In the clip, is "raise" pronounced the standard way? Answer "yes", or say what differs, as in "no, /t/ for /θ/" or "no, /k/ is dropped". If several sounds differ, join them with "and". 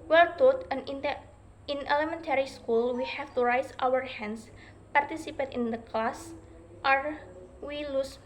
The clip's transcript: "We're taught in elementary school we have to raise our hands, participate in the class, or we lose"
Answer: no, /s/ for /z/